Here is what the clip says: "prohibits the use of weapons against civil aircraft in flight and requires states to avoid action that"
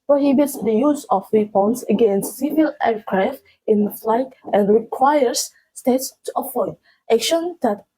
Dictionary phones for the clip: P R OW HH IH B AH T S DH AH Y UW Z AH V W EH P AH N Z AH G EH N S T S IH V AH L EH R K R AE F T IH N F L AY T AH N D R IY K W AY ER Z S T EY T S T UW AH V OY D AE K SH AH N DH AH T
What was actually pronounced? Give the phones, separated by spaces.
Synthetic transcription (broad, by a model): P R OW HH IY B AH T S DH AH Y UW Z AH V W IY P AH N S AH G EH N S T S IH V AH L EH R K R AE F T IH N F L AY T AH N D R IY K W AY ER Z S T EY T S T UW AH F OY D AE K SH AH N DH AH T